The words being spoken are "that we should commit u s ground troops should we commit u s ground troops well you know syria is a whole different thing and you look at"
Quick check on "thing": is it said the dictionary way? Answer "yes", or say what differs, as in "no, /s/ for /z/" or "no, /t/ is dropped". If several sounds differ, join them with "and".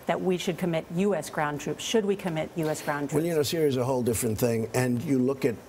yes